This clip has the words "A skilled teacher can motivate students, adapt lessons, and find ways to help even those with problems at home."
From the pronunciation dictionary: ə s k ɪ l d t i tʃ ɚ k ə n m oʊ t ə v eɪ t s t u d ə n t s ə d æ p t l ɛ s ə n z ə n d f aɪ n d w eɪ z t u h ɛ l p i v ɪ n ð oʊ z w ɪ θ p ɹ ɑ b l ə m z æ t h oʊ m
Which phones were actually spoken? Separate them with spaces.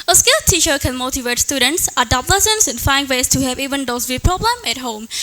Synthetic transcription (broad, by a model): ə s k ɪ l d t i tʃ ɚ k ə n m oʊ t ə v eɪ t s t u d ə n t s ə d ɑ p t l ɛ s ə n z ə n f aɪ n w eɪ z t u h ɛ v i v ɪ n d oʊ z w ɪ p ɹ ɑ b l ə m æ t h oʊ m